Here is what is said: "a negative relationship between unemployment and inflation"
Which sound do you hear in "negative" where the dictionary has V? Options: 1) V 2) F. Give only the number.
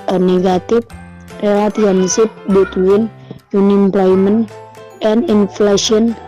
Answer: 2